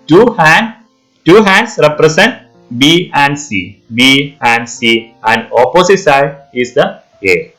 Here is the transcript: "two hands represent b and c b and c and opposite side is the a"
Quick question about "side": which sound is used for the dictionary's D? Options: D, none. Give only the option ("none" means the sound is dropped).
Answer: none